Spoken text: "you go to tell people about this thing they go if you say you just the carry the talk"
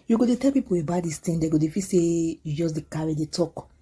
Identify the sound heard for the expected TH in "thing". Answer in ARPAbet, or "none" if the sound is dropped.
T